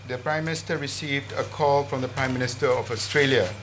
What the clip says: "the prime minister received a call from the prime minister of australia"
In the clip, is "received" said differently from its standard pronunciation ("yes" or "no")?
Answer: no